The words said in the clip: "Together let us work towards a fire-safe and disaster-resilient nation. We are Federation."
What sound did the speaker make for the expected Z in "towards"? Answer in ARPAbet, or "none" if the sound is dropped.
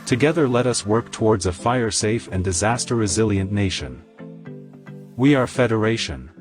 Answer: Z